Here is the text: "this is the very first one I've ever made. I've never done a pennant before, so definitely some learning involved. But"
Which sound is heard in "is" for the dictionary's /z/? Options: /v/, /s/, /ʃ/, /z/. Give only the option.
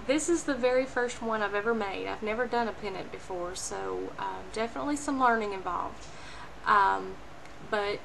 /z/